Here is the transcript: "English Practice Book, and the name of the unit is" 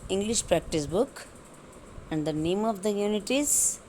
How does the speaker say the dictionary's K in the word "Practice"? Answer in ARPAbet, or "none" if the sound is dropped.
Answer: K